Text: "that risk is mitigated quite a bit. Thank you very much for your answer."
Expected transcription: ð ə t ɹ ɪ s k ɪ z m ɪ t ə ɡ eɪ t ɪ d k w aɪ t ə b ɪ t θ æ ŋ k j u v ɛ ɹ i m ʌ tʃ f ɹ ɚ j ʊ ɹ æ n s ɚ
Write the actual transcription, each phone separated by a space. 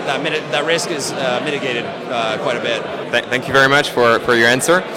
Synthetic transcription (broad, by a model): ð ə t ɹ ɪ s k ɪ z m ɪ t ə ɡ eɪ t ɪ d k w aɪ t ə b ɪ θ θ æ ŋ k j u v ɛ ɹ i m ʌ tʃ f ɹ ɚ j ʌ ɹ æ n s ɚ